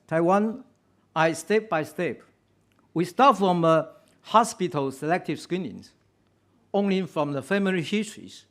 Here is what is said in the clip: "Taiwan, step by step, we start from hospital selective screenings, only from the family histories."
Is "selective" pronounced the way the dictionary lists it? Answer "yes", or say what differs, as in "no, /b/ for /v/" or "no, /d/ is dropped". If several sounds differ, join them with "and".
yes